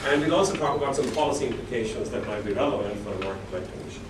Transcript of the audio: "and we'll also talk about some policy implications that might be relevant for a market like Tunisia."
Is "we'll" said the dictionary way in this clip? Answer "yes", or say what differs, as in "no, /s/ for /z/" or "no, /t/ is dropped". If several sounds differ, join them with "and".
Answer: no, /n/ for /l/